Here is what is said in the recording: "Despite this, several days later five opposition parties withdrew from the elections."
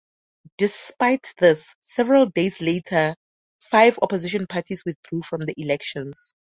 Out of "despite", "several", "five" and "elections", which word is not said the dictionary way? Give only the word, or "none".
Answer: elections